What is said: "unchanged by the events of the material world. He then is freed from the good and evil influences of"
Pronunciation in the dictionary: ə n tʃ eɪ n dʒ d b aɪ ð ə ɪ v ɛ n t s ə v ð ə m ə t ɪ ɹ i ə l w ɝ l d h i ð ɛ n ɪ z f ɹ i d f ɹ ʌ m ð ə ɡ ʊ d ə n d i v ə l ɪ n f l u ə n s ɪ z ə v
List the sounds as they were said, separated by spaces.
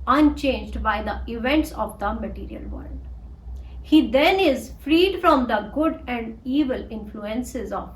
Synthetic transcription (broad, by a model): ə n tʃ eɪ n dʒ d b aɪ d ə ɪ v ɛ n t s ə v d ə m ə t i ɹ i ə l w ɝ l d h i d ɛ n ɪ z f ɹ i d f ɹ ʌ m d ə ɡ ʊ d ə n d i v ə l ɪ n f l u ə n s ɪ z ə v